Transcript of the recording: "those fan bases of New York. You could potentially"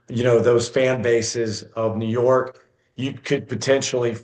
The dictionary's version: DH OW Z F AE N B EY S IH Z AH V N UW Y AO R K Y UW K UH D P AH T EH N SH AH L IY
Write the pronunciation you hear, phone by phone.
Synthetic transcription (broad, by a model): DH OW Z F AE N B EY S IH Z AH V N UW Y AO R K Y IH K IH D P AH T EH N SH L IY